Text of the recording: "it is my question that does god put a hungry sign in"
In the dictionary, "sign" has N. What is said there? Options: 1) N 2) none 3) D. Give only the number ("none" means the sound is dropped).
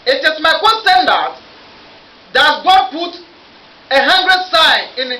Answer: 2